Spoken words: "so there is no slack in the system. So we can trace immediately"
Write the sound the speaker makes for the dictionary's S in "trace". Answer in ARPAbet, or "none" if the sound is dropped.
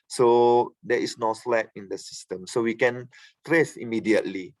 S